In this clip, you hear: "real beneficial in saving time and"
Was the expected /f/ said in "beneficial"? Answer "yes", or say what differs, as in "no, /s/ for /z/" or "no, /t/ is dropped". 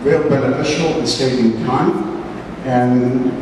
no, /f/ is dropped